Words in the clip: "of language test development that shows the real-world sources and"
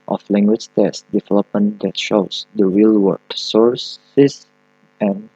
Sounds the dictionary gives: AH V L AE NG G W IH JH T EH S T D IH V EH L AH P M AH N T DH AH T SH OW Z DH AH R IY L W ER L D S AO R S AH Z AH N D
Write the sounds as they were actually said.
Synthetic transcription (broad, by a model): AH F L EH NG G W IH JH T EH S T D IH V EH L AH P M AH N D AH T SH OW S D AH R IY L W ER D S AO R S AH S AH N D